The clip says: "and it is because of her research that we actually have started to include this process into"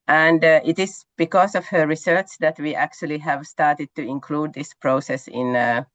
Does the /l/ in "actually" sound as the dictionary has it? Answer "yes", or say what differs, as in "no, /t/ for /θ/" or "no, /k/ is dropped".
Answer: yes